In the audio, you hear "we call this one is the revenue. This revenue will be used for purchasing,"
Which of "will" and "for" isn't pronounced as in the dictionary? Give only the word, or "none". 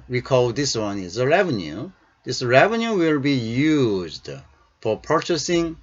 none